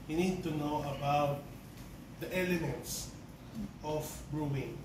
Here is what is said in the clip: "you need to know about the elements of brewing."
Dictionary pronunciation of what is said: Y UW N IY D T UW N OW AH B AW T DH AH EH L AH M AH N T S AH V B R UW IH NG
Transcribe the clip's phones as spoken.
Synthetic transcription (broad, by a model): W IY N IY D T UW N OW AH B AW T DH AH EH L AH M AH N T S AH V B R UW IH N